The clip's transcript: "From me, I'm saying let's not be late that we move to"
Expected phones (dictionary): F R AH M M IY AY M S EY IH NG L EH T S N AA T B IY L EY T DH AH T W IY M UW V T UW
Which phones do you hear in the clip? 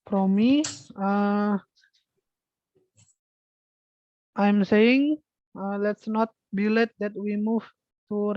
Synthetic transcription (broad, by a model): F R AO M M IY AY M S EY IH NG L EH T S N AA T B IY L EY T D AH T W IY M UW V T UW